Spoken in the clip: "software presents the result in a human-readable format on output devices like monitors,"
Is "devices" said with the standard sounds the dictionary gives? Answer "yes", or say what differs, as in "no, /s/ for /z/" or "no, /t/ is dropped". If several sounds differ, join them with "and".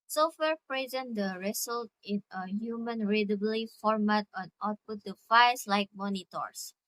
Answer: no, /f/ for /v/